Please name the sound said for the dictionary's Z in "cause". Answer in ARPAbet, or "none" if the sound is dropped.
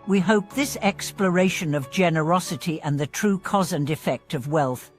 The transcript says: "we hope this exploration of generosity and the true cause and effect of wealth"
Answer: Z